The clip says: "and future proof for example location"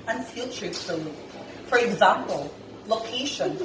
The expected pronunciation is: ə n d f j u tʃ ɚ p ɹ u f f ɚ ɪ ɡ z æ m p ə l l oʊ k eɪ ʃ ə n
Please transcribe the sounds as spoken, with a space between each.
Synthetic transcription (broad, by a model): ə n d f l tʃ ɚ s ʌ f f ɚ ɪ ɡ z æ m p ə l l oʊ k eɪ ʃ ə n